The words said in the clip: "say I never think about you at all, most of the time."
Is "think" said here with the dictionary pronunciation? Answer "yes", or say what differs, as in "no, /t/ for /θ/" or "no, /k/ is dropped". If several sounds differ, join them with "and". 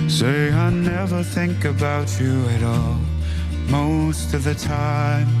yes